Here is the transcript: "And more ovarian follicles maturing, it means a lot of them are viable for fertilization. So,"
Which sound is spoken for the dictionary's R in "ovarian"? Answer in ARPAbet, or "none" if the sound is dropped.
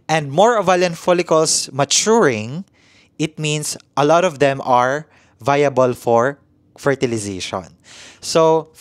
L